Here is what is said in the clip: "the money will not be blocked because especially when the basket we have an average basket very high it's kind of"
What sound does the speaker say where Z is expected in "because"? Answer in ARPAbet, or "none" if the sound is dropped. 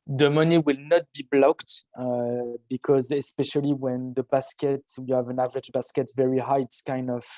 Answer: Z